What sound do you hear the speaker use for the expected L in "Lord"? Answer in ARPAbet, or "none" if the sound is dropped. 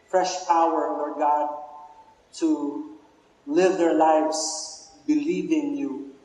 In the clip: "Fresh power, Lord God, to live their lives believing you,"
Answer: N